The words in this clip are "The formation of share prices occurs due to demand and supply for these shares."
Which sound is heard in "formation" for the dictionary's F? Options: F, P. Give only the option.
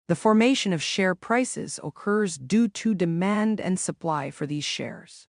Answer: F